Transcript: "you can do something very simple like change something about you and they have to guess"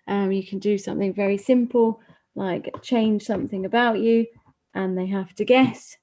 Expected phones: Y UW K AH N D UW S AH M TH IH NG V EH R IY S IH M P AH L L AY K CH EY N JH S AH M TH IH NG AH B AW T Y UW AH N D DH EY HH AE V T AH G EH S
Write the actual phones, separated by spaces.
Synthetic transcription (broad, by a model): Y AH K AH N D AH S AH M TH IH NG V EH R IY S IH M P AH L L AY K CH EY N ZH S AH M TH IH NG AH B AW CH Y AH N DH EY HH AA F T AH G EH S